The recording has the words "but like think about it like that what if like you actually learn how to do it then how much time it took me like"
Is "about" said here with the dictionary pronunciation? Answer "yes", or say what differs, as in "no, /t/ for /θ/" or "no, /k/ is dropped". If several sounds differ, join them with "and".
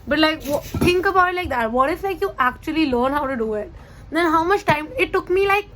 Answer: no, /t/ is dropped